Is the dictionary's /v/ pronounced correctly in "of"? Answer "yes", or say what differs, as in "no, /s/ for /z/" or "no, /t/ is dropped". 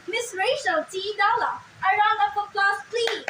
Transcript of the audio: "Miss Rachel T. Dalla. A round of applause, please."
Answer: no, /p/ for /v/